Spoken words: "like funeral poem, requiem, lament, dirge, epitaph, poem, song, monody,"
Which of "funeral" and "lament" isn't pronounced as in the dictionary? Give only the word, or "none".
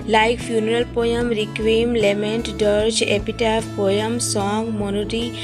none